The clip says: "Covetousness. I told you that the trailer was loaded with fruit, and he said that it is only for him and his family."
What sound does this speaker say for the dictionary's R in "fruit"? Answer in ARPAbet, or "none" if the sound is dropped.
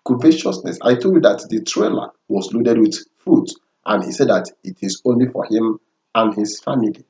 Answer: none